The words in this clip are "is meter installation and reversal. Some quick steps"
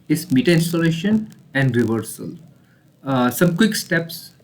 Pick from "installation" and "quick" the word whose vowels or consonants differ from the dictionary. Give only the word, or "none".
none